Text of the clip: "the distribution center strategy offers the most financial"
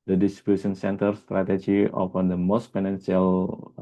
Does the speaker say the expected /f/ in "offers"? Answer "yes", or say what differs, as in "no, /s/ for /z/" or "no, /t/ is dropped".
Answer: no, /p/ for /f/